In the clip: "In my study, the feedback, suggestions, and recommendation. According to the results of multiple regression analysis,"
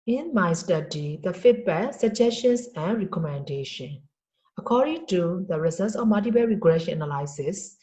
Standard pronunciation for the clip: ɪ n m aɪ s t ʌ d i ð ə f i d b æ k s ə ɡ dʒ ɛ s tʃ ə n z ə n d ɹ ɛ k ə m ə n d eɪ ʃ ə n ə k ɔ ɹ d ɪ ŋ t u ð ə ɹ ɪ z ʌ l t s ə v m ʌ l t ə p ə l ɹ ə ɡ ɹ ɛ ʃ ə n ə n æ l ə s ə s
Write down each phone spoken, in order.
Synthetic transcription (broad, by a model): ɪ n m aɪ s t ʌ d i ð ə f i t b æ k s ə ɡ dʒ ɛ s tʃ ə n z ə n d ɹ ɛ k ə m ə n d eɪ ʃ ə n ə k ɔ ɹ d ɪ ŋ t u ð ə ɹ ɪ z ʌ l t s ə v m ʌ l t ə b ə ɹ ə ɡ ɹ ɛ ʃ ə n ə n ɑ l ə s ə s